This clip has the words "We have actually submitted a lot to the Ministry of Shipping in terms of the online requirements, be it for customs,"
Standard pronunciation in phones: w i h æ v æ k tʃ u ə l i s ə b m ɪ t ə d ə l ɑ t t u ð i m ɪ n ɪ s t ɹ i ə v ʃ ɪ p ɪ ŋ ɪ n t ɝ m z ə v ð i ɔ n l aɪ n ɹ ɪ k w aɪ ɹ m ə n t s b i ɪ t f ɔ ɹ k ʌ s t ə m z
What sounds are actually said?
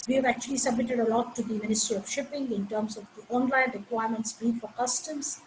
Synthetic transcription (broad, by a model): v i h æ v æ k tʃ u ə l i s ə b m ɪ t ə d ə l ɑ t t u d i m ɪ n ɪ s t ɹ i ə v ʃ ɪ p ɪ ŋ ɪ n t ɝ m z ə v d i ɔ n l aɪ n ɹ ɪ k w aɪ ɹ m ə n t s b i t f ɔ ɹ k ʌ s t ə m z